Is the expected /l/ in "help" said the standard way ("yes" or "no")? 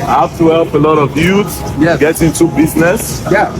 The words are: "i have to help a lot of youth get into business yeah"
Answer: yes